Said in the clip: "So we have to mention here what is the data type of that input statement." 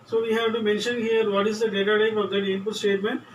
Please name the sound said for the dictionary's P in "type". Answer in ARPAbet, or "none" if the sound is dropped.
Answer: F